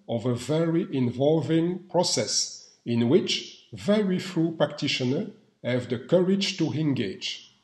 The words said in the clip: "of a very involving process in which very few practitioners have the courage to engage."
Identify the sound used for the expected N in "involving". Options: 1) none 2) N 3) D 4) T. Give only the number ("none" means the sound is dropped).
2